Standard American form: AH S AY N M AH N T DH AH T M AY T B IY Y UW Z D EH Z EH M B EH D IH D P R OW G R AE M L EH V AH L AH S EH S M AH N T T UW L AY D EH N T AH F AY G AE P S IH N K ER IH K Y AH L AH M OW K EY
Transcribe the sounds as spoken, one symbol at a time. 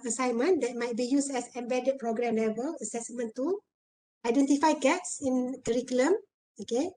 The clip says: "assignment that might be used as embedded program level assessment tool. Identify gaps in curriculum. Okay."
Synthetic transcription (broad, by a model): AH S AY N M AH N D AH T M AY T B IY Y UW S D EH S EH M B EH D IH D P R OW G R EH M L EH V AH L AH S EH S M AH N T T UW AY D EH N T AH F AY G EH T S IH N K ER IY K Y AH L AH M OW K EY